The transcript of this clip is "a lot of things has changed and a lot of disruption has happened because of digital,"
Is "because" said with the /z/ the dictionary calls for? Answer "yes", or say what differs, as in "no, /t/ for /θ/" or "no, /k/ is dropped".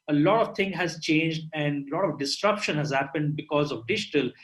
yes